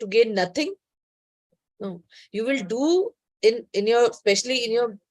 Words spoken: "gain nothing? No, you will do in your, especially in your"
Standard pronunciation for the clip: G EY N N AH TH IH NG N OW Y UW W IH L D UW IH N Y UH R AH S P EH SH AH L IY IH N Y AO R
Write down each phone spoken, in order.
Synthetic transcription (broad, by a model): G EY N N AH T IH NG N OW Y UW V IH L D UW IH N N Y AH S P EH SH AH L IY IH N Y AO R